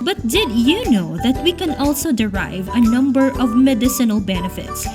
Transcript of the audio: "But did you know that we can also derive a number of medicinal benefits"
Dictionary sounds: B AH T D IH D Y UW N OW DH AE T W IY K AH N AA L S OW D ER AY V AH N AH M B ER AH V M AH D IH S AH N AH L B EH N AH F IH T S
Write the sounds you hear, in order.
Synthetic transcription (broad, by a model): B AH T D IH D Y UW N OW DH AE T W IY K AH N AA L S OW D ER AY V AH N AH M B ER AH V M AH D IH S AH N AH L B EH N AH F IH T S